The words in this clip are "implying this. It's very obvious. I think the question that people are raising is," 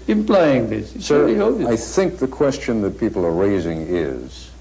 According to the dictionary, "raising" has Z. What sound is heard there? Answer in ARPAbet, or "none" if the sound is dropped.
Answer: Z